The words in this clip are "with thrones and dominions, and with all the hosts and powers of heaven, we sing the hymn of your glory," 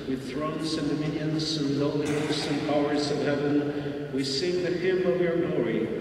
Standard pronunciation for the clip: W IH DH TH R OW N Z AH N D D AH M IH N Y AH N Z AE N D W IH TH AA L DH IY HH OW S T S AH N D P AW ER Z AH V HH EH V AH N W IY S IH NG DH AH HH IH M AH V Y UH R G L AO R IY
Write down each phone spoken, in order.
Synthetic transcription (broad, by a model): W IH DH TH R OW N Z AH N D D AH M IH N Y AH N Z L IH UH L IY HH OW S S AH N P AW ER Z AH V HH EH V AH N W IY S IH NG DH AH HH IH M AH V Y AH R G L AO R IY